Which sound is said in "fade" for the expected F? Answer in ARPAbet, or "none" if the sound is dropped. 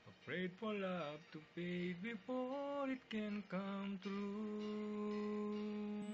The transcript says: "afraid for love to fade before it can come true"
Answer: P